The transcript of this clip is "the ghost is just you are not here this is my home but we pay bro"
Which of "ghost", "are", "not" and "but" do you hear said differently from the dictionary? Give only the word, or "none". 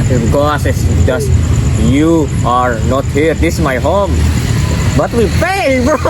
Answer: ghost